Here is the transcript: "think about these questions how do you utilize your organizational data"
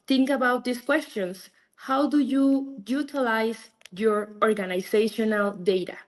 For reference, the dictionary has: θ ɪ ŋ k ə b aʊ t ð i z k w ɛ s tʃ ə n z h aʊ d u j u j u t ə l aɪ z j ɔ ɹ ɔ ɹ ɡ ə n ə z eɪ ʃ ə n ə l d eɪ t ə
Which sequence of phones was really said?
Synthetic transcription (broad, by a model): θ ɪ ŋ k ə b aʊ t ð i s k w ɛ s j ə n s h aʊ d u j u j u t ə l aɪ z j ɔ ɹ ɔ ɹ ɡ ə n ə s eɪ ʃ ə n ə l d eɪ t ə